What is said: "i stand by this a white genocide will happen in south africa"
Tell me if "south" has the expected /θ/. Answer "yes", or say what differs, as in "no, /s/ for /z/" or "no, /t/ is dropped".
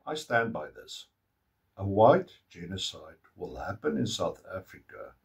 yes